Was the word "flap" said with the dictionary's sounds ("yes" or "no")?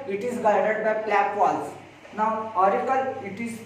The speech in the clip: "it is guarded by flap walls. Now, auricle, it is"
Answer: no